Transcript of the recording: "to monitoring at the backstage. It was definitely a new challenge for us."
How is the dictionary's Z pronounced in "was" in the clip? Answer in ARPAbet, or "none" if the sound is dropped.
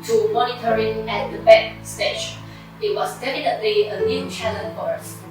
S